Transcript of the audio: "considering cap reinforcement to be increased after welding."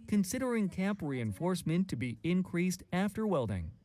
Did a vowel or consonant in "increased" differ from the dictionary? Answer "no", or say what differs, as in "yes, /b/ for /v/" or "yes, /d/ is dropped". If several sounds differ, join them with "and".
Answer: no